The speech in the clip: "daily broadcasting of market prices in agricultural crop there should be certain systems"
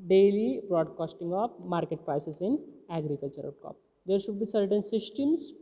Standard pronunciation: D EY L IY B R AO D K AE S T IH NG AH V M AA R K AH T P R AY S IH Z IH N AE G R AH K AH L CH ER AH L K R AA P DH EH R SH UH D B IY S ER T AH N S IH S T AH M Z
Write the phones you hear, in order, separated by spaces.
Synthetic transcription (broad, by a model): D EY L IY B R AO D K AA S T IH NG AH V M AA R K AH T P R AY S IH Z IH N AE G R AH K AH L CH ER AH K AA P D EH R SH UH D B IY S ER T AH N S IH S T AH M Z